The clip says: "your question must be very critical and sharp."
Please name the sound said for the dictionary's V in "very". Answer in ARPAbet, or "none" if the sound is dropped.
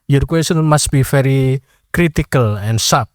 F